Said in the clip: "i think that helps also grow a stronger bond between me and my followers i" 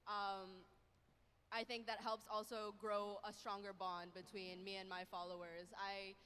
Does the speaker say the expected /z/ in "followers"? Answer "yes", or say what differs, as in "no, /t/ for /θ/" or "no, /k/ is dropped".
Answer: yes